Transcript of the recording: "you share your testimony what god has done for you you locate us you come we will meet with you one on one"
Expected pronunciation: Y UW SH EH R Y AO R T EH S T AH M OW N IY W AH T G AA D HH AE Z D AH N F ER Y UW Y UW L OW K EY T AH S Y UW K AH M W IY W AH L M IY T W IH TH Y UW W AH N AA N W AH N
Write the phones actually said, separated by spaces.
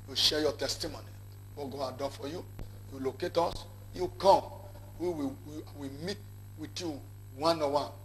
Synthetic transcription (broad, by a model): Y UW SH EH Y AO T EH S T AH M OW N IY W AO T G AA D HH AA D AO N F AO Y UW Y UW L OW K EY T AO S Y UW K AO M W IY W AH W M IY T W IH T Y UW W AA N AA W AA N